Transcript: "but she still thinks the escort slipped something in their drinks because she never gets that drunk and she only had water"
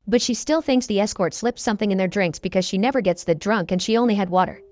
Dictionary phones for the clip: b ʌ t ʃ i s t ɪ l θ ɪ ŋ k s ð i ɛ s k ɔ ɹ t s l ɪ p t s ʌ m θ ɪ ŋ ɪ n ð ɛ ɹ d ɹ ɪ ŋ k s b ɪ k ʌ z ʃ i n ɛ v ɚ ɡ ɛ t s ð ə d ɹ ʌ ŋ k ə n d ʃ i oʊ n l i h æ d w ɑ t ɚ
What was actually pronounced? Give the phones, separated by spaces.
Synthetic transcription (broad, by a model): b ʌ t ʃ i s t ɪ l θ ɪ ŋ k s ð i ɛ s k ɔ ɹ t s l ɪ p s ʌ m θ ɪ ŋ ɪ n ð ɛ ɹ d ɹ ɪ ŋ k s b ɪ k ʌ z ʃ i n ɛ v ɚ ɡ ɛ t s ð ə d ɹ ʌ ŋ k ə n ʃ i oʊ n l i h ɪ d w ɑ t ɚ